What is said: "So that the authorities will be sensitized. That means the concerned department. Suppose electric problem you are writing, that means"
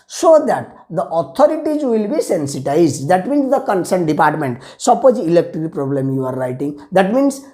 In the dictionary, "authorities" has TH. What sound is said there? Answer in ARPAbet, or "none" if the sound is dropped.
T